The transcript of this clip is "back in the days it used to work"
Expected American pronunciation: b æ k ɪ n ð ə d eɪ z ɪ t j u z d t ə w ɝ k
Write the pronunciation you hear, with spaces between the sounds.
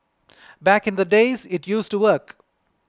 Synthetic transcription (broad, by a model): b æ k ɪ n ð ə d eɪ z ɪ t j u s t ə w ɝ k